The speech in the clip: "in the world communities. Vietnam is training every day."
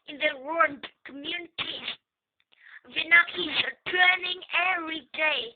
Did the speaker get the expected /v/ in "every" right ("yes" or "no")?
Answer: no